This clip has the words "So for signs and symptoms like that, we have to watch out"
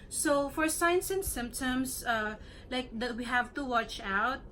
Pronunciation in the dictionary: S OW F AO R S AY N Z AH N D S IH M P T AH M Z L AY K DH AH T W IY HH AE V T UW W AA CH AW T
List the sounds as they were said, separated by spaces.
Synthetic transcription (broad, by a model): S OW F AO R S AY N S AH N S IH M P T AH M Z L AY K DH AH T W IY HH AE V T UW W AA CH AW T